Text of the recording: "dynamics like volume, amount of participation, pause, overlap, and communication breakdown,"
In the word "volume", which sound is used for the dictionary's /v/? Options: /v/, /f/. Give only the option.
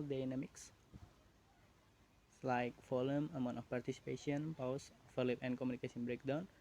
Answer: /f/